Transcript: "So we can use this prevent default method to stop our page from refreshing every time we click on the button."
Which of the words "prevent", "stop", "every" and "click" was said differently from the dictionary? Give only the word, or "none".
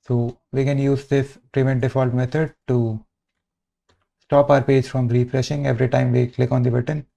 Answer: none